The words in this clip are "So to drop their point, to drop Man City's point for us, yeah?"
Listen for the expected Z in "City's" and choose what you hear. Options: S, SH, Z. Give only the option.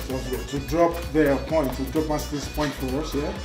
S